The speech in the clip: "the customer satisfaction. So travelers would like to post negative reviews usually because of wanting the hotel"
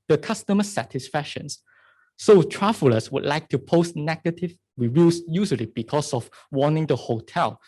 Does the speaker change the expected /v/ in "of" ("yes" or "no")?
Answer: yes